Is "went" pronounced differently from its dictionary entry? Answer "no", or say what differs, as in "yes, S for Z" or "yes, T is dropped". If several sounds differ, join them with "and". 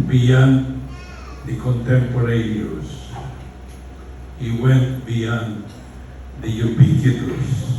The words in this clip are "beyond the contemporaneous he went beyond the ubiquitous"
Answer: no